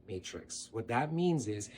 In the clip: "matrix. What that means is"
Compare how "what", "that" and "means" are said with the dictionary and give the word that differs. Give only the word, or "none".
none